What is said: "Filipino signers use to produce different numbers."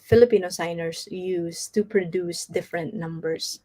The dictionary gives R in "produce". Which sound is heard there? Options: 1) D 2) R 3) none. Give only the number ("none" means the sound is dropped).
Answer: 2